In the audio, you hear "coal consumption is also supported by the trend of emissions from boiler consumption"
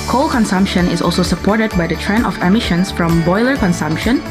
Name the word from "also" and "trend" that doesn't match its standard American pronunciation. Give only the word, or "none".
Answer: trend